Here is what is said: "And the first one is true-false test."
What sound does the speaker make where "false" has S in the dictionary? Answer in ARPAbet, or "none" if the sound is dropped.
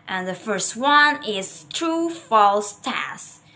S